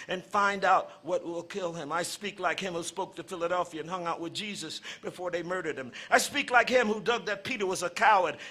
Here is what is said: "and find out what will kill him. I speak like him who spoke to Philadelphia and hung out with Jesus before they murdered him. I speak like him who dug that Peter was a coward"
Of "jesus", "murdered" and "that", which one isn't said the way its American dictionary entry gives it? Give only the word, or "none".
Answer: none